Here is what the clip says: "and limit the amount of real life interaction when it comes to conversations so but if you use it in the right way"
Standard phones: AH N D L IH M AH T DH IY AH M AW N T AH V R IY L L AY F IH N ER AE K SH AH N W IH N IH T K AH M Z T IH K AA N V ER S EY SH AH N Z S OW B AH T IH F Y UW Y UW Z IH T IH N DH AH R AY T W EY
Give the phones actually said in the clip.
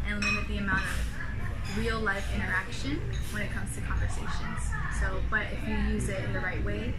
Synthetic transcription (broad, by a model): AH N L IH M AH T DH IY AH M AW N T AH V R IY L L AY F IH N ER AE K SH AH N W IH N IH T K AH M Z T IH K AA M V ER S EY SH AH N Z S OW B AH T IH F Y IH Y UW Z IH T IH N DH AH R AY T W EY